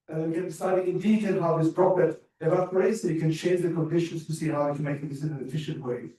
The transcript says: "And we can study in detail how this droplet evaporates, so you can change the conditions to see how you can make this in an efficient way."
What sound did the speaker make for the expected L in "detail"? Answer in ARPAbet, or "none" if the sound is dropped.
N